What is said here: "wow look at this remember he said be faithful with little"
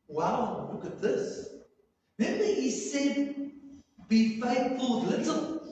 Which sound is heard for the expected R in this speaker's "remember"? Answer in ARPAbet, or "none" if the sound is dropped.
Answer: L